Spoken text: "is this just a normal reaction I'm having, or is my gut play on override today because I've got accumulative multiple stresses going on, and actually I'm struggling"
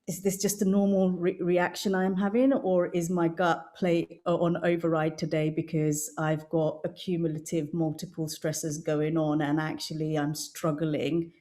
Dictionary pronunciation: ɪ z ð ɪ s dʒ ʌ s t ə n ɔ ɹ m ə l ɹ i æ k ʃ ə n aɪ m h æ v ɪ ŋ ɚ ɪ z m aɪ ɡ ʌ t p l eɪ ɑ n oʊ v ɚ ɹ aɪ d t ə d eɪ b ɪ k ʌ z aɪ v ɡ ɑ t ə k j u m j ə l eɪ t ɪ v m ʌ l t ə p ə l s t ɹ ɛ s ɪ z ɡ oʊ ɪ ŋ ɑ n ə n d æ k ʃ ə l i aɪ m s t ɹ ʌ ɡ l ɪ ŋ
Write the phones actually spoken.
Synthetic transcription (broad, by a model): ɪ z ð ɪ s dʒ ʌ s t ə n ɔ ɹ m ə l ɹ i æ k ʃ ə n aɪ m h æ v ɪ ŋ ɚ ɪ z m aɪ ɡ ʌ t p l eɪ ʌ n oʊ v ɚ ɹ aɪ d t ə d eɪ b ɪ k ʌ z aɪ v ɡ ɑ t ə k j u m j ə l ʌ t ɪ v m ʌ l t ə p ə l s t ɹ ɛ s ɪ z ɡ oʊ ɪ ŋ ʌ n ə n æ k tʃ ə l i aɪ m s t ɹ ʌ ɡ l ɪ ŋ